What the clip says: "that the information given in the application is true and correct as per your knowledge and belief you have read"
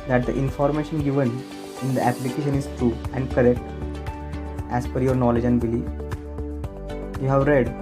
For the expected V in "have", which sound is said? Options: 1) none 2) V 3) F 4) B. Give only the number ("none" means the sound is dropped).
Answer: 2